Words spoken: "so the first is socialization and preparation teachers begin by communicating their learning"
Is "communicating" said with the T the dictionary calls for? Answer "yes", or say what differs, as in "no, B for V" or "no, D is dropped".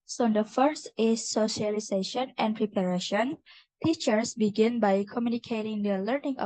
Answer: yes